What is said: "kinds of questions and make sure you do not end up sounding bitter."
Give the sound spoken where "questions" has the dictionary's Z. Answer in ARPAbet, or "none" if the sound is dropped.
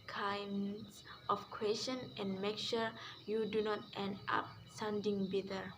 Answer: none